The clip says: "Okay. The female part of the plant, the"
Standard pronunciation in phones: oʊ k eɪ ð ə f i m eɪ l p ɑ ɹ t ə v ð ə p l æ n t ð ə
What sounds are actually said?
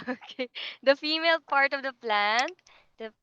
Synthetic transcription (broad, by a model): oʊ k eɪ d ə f i m eɪ l p ɑ ɹ t ə v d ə p l æ n t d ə